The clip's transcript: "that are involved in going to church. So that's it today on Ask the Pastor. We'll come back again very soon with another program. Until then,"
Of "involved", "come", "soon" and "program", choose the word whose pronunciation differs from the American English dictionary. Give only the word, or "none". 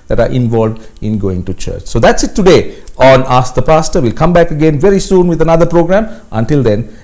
none